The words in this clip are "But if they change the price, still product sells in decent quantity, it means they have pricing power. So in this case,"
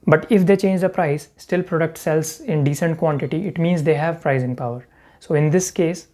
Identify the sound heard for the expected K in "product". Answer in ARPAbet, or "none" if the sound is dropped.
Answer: K